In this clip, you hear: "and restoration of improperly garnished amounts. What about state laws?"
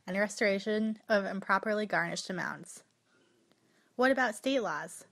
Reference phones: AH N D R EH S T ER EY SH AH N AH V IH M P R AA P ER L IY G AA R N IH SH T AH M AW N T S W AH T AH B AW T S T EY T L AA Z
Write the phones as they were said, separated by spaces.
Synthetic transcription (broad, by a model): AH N R EH S T ER EY SH AH N AH V IH M P R AA P ER L IY G AA R N IH SH T AH M AW N T S W AH T AH B AW T S T EY T L AA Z